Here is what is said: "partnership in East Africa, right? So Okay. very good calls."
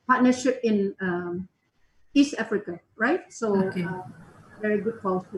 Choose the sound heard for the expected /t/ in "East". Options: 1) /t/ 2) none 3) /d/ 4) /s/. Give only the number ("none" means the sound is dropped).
1